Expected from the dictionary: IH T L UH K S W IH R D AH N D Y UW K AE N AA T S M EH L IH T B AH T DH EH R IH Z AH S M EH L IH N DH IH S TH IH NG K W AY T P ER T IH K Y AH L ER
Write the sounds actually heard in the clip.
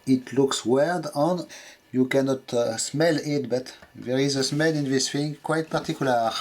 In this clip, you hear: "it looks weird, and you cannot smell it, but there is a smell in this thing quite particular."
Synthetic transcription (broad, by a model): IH T L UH K S W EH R D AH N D Y UW K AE N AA T S M EH L IH T B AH T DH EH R IH Z AH S M EH L IH N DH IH S F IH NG K W AY T P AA T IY K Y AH L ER